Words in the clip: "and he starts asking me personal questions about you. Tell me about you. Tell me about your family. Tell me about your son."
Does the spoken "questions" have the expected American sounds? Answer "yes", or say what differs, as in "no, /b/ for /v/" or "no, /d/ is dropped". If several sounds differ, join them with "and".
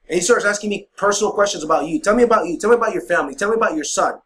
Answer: yes